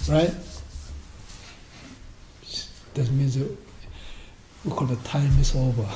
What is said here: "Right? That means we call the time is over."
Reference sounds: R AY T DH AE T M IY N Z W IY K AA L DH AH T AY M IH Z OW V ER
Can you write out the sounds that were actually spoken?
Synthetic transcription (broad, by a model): R AY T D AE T M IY N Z W IY K AA L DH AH T AY M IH S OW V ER